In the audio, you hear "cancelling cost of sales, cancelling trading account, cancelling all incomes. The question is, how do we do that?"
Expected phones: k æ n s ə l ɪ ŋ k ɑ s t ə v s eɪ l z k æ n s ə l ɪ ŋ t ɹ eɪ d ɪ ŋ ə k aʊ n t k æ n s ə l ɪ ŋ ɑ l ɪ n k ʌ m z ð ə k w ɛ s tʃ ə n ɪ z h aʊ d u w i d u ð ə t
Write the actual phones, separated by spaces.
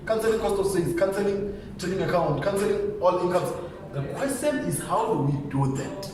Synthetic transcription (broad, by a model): k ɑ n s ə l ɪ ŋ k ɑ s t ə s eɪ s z k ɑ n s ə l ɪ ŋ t eɪ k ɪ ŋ ə k aʊ n t k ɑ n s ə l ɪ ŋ ɑ l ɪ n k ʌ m s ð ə k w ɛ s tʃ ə n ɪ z h aʊ d u w i d u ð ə t